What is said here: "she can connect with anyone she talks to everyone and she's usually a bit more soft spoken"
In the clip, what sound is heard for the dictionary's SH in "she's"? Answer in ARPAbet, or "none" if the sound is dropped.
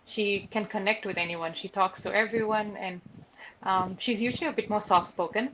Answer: SH